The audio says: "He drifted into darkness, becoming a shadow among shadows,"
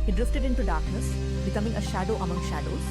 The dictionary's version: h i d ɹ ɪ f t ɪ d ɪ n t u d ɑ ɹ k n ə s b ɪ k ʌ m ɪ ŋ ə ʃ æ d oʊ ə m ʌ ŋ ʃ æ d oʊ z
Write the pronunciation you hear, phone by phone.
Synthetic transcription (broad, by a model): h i d ɹ ɪ f t ɪ d ɪ n t u d ɑ ɹ k n ə s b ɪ k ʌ m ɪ ŋ ə ʃ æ d oʊ ə m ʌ ŋ ʃ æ d oʊ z